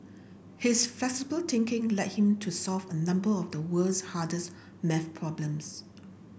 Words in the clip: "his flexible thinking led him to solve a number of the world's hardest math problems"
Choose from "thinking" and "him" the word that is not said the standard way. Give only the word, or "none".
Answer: thinking